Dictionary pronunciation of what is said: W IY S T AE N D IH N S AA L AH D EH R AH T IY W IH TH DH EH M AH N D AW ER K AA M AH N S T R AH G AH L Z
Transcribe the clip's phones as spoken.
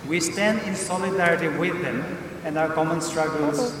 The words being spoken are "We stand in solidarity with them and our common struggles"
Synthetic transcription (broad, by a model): W IY S T AE N D IH N S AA L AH D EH R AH T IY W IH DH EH M AH N D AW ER K AA M AH N S T R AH G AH L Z